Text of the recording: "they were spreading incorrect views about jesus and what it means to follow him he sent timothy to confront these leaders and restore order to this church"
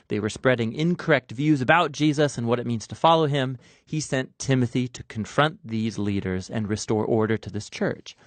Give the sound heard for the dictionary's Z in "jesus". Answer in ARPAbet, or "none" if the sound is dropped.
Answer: Z